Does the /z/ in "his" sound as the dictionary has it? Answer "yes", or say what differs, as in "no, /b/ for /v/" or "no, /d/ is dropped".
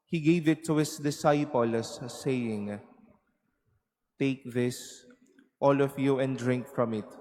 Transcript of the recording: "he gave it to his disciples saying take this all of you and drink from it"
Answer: no, /s/ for /z/